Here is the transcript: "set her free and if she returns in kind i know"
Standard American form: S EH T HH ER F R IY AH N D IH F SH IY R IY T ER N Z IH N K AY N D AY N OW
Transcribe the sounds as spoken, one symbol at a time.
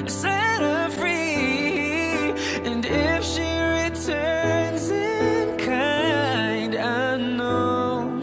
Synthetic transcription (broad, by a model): S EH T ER F R IY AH N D IH F SH IY R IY T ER N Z IH N K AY N D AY N OW